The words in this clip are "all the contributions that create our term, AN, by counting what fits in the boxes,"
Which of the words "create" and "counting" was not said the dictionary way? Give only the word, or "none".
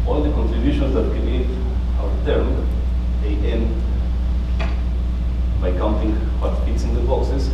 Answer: create